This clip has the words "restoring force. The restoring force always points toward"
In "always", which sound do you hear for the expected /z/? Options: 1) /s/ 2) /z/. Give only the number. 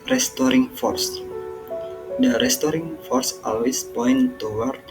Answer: 1